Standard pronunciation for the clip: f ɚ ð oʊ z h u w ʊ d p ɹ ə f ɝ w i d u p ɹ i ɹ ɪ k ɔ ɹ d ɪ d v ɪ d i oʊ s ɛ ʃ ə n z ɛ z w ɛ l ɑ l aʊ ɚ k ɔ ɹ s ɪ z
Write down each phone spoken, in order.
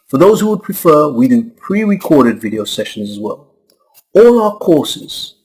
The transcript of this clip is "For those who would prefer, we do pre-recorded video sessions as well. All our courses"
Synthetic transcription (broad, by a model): f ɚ ð oʊ z h u w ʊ d p ɹ ə f ɝ w i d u p ɹ i ɹ ɪ k ɔ ɹ d ɪ d v ɪ d i oʊ s ɛ ʃ ə n z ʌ z w ɛ l ɑ l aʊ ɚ k ɔ ɹ s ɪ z